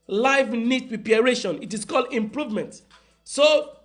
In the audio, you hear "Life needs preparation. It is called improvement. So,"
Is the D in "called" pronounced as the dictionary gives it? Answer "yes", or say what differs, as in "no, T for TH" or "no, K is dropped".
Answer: yes